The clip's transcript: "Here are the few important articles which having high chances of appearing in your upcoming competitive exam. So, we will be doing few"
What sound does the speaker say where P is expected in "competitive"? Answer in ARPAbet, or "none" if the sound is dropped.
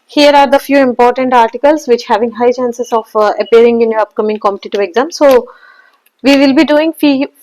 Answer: none